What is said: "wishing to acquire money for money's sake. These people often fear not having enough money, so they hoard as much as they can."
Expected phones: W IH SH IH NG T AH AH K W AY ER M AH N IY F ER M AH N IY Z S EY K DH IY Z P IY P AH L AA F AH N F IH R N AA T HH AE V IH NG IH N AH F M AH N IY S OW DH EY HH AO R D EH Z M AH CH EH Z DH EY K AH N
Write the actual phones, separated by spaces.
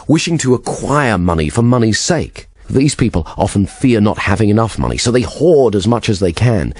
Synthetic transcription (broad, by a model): W IH SH IH NG T AH AH K W AY ER M AH N IY F ER M AH N IY Z S EY K DH IY Z P IY P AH L AA F AH N F IH R N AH T HH AE V IH NG IH N AH F M AH N IY S OW DH EY HH AO R D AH Z M AH CH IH Z DH EY K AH N